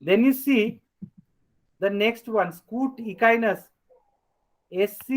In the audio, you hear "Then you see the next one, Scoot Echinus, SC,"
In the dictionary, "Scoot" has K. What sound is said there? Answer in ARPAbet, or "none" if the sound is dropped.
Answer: K